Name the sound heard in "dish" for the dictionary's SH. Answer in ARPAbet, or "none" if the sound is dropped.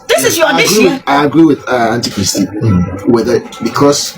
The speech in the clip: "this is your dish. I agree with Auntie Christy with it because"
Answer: none